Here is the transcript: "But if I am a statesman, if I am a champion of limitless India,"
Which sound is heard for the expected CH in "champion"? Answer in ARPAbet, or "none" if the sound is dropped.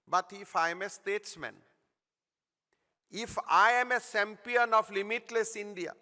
S